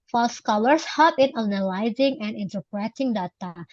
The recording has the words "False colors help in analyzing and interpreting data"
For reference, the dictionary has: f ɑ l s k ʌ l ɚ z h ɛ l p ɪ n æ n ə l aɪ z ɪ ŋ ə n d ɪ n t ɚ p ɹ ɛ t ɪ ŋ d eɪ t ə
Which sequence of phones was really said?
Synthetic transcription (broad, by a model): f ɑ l s k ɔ l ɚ s h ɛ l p ɪ n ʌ n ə l aɪ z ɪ ŋ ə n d ɪ n t ɚ p ɹ ɛ t ɪ ŋ d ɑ t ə